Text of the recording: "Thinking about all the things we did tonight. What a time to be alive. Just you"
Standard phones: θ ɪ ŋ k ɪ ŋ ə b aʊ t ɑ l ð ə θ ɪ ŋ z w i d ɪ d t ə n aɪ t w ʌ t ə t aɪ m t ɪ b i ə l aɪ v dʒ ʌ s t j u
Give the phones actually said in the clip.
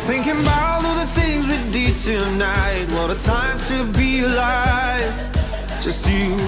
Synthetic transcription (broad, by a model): θ ɪ ŋ k ɪ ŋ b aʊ ɪ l ð ə θ ɪ ŋ z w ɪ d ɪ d t ə n aɪ t w ʌ t ə t aɪ m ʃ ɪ b i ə l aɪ dʒ ʌ s t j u